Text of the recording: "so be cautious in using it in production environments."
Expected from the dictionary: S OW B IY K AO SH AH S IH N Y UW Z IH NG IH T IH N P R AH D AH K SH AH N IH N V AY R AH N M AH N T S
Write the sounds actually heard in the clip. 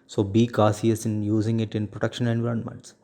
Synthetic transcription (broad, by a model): S OW B IY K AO S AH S IH N Y UW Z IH NG IH T IH N P R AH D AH K SH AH N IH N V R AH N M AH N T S